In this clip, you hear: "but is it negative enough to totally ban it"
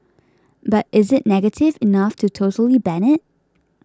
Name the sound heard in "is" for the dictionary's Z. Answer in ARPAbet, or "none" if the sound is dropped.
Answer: Z